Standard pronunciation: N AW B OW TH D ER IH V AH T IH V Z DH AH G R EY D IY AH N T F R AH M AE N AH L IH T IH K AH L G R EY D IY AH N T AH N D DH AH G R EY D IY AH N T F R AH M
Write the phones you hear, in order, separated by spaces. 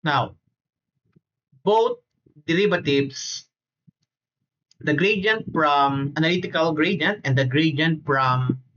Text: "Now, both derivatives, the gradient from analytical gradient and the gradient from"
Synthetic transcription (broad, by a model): N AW B OW T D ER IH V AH T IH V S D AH G R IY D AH N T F R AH M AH N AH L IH T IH K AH L G R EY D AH N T AH N D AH G R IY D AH N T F R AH M